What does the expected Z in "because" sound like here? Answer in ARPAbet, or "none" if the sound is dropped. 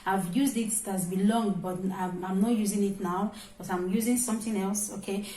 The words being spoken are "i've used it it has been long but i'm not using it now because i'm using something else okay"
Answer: none